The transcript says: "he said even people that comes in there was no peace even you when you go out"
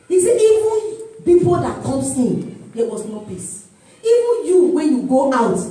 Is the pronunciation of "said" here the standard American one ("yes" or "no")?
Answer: no